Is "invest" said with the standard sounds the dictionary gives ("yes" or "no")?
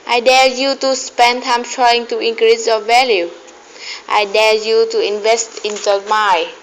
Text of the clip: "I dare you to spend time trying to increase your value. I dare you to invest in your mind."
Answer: yes